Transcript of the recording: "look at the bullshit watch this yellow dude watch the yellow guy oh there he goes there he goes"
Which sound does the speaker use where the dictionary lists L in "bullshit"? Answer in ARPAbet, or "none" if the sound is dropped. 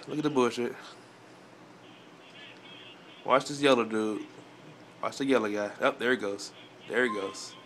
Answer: none